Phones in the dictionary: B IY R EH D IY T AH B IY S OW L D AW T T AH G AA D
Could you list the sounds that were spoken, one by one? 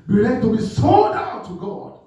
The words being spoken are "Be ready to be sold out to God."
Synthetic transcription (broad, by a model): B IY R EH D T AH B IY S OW D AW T T AH G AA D